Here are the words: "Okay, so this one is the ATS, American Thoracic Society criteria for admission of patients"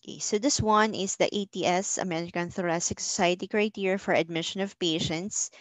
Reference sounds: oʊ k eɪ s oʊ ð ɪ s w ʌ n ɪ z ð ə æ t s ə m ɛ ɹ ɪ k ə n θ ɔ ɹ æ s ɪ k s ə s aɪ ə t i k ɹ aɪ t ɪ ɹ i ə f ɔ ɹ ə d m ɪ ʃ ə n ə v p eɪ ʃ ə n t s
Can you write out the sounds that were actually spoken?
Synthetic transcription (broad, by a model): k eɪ s oʊ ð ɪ s w ʌ n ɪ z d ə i t s ə m ɛ ɹ ɪ k ə n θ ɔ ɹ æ s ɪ k s ə s aɪ ə t i k ɹ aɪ t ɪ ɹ f ɔ ɹ ə d m ɪ ʃ ə n ə v p eɪ ʃ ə n t s